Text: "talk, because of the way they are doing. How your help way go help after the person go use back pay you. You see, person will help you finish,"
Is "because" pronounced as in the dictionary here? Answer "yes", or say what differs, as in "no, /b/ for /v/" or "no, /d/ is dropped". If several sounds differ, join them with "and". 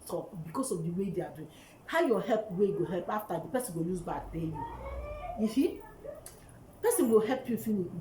no, /s/ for /z/